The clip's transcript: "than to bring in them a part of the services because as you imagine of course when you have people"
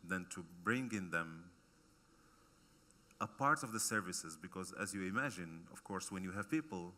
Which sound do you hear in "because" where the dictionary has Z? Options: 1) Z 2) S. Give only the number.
1